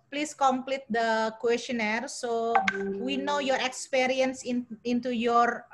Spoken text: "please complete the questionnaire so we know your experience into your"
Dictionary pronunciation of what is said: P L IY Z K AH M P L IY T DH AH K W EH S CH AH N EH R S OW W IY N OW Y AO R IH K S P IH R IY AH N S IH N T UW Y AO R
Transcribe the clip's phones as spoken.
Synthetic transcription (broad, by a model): P L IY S K AH M P L IY T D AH K W EH S CH AH N EH R S OW W IY N OW Y AO R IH K S P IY R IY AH N S IH N T UW Y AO R